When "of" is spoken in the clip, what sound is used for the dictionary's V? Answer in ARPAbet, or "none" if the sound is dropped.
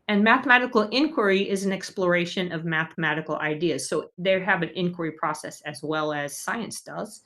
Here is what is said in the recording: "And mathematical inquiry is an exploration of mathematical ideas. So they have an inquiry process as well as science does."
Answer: V